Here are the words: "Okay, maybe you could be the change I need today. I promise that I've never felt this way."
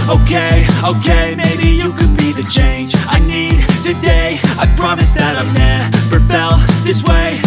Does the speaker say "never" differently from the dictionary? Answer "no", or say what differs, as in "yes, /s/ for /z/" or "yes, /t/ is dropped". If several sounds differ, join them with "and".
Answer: yes, /p/ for /v/